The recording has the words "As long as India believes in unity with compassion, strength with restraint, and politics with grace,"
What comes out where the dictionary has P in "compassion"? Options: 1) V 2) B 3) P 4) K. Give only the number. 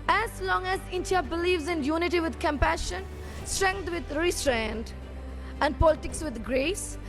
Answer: 3